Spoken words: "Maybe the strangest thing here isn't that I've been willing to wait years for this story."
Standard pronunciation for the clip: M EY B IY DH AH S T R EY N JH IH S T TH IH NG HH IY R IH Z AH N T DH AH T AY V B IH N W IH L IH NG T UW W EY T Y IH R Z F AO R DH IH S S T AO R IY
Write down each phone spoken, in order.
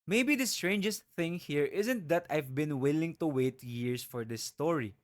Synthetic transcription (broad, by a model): M EY B IY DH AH S T R EY N JH IH S T TH IH NG HH IY R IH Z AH N T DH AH T AY V B IH N W IH L IH NG T UW W EY T Y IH R S F AO R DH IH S S T AO R IY